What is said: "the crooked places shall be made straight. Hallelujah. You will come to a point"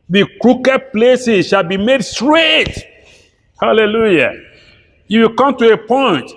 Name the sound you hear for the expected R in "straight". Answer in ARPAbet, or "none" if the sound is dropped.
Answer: R